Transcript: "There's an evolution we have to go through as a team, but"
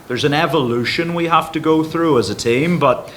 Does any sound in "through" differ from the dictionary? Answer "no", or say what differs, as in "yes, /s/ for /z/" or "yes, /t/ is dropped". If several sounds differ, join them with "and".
no